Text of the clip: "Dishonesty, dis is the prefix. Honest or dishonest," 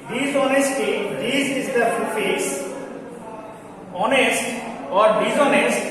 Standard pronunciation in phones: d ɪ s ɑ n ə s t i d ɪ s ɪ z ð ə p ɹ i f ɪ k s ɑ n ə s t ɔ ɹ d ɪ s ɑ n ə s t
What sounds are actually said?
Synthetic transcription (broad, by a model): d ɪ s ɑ n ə s t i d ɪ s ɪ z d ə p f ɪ s ɑ n ə s t ɔ ɹ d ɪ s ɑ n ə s t